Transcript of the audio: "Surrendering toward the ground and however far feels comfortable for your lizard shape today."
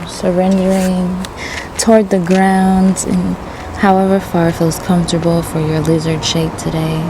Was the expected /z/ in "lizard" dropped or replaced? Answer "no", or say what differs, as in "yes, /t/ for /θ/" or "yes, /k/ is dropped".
no